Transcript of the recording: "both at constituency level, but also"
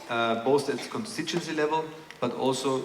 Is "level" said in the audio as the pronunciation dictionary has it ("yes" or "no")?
yes